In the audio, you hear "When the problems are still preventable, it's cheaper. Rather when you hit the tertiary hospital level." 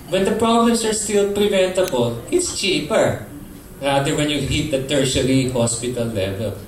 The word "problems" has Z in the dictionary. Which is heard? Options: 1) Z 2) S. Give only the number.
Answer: 2